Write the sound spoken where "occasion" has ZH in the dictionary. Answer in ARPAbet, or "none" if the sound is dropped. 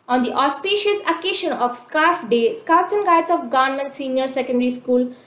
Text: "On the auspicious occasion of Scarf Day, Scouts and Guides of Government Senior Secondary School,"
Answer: SH